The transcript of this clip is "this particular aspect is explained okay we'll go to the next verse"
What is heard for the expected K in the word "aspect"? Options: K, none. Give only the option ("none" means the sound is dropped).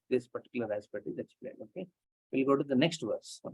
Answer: none